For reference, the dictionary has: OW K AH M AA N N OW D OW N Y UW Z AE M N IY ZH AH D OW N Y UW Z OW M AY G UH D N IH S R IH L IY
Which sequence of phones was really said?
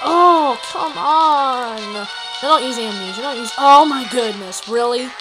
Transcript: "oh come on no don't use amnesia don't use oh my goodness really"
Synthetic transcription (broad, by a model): OW K AH M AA N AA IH D OW N Y UW Z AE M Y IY Z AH D OW N Y UW Z OW M AY G UH D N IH S R IH L IY